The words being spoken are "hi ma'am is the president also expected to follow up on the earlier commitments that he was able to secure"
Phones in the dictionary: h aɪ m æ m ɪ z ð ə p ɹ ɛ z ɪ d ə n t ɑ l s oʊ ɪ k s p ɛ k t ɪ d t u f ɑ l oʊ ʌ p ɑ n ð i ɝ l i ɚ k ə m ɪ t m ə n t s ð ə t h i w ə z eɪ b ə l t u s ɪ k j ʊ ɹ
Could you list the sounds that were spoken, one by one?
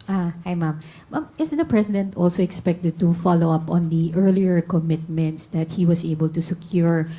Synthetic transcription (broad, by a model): h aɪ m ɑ m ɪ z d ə p ɹ ɛ s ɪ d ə n t ɑ l s oʊ ɪ k s p ɛ k t ɪ d t u f ɑ l oʊ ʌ p ɑ n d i ɝ l i ɚ k ə m ɪ t m ə n t s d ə t h i w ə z eɪ b ə l t u s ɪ k j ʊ ɹ